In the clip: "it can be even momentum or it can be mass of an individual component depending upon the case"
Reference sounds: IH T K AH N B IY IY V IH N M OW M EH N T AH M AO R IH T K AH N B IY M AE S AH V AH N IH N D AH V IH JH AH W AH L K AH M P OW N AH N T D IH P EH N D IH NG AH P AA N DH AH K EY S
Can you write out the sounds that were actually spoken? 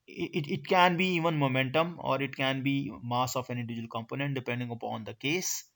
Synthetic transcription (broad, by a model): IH T K AH N B IY IY V IH N M OW M EH N T AH M AO R IH T K AH N B IY M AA S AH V AH N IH D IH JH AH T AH L K AH M P OW N AH N T D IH P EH N D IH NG AH P AA N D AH K EY S